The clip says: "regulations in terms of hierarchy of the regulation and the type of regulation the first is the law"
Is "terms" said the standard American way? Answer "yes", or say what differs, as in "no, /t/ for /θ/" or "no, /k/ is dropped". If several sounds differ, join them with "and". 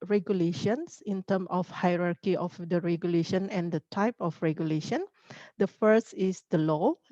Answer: no, /z/ is dropped